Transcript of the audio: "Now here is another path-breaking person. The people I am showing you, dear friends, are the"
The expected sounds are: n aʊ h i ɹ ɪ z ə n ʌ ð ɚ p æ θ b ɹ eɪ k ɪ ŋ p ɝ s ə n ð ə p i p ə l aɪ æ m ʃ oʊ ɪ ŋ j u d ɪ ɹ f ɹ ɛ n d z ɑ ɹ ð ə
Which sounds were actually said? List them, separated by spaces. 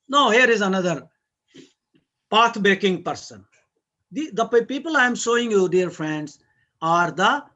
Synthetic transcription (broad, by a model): n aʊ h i ɹ ɪ z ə n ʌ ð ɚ p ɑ t b eɪ k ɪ ŋ p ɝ s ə n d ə p i p ə l aɪ m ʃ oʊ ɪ ŋ j u d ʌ ɹ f ɹ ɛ n d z ɑ ɹ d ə